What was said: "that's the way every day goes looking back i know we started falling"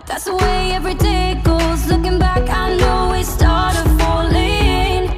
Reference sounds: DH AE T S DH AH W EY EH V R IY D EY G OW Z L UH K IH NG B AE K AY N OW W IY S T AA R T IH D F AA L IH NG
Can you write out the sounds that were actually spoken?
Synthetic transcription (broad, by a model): DH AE T S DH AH W EY EH V R IY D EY G OW Z L UH K IH NG B AE K AY N OW W IY S T AA R T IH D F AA L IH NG